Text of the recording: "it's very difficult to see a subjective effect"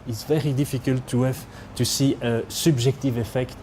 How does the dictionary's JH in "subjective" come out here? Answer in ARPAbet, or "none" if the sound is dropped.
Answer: ZH